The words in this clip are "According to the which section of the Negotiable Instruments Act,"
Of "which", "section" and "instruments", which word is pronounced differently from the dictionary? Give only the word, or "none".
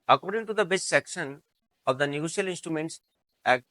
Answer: which